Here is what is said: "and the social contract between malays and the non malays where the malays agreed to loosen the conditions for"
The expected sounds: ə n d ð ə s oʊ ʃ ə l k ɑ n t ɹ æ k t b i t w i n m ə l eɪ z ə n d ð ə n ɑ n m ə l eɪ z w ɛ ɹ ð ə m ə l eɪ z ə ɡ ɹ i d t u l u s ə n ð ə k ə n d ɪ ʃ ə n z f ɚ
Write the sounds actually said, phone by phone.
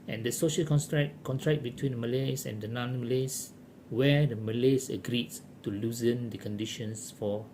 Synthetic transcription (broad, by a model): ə n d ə s oʊ ʃ ə l k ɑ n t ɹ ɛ k t b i t w i n m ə l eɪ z ə n d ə n ɑ n m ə l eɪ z w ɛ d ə m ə l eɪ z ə ɡ ɹ i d t u l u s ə n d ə k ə n d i ʃ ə n s f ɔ